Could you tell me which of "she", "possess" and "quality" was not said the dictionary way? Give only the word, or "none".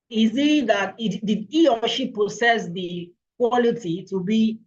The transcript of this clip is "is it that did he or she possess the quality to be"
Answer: possess